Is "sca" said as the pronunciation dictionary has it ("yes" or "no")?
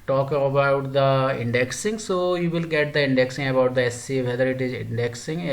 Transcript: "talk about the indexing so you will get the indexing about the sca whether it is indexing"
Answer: no